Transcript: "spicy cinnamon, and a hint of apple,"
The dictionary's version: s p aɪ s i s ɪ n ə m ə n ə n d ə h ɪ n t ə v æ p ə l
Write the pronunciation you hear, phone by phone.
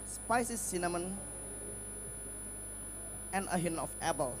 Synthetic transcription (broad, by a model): s p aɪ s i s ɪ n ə m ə n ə n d ə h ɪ n ə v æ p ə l